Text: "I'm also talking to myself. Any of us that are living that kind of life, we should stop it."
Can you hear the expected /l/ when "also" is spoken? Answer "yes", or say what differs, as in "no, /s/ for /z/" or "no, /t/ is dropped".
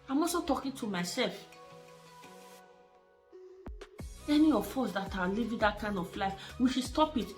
no, /l/ is dropped